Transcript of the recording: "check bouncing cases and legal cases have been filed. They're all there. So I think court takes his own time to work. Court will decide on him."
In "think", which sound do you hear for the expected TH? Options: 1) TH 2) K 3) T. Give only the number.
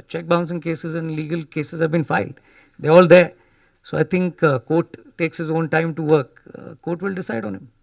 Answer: 3